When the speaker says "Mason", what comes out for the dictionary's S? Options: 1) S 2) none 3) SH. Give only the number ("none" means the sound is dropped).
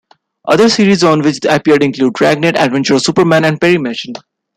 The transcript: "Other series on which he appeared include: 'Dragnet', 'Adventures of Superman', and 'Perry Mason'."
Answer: 3